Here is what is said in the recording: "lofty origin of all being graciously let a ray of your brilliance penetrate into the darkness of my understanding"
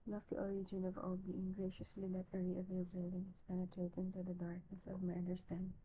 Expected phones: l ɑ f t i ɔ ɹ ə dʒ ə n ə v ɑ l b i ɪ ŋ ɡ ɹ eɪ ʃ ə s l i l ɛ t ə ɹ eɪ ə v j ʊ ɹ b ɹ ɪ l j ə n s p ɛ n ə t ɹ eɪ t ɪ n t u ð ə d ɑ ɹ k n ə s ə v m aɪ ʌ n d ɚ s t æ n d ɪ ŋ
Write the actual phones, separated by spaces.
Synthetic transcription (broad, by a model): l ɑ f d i ɔ ɹ ə dʒ ə n ə v ɑ l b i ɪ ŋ ɡ ɹ eɪ ʃ ə s l i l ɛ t ə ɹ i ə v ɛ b ɪ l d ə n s p ɛ n ə t ɹ eɪ t ɪ n t u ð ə d ɑ ɹ k n ə s ə v m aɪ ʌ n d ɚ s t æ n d